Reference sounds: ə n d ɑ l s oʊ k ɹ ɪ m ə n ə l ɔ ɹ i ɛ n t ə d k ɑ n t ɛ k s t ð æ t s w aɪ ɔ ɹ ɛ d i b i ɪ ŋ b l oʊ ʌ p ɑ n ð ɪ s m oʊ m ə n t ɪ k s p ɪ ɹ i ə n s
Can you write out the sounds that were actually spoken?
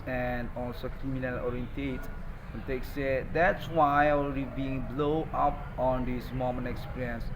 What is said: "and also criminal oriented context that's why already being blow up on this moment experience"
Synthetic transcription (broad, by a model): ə n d ɑ l s oʊ k ɹ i m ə n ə l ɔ ɹ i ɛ n t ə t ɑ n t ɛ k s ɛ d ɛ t s w aɪ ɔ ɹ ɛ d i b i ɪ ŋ b l oʊ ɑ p ɑ n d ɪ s m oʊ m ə n ɪ k s p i ɹ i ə n s